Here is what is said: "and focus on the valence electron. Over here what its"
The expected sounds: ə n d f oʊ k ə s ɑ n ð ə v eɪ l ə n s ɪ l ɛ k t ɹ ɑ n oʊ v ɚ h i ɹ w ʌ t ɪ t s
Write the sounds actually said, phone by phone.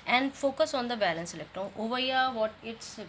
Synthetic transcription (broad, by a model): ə n d f oʊ k ə s ɑ n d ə b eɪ l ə n s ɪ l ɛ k t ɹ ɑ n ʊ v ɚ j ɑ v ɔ t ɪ t s